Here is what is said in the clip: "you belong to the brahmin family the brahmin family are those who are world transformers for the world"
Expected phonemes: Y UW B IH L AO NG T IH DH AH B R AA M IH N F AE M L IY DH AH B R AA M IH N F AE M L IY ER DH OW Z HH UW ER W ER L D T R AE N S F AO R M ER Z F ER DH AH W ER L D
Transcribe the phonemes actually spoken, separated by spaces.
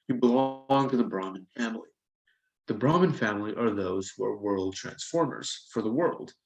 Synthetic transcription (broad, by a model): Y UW B IH L AO NG T IH DH AH B R AA M IH N F AE M L IY DH AH B R AA M IH N F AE M L IY ER DH OW Z HH UW ER W ER L D T R AE N S F AO R M ER Z F ER DH AH W ER L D